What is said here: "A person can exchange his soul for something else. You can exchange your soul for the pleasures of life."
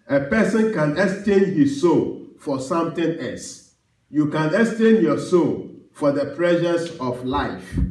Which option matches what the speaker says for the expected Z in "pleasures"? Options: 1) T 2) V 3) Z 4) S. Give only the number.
4